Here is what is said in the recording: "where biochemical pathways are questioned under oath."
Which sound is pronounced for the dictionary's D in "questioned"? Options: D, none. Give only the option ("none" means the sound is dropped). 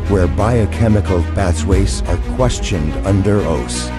D